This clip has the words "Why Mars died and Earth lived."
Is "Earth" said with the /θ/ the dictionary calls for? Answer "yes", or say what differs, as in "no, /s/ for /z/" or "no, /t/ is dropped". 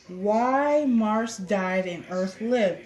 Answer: yes